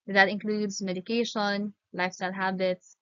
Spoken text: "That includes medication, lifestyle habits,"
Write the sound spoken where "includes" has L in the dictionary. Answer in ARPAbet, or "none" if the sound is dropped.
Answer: L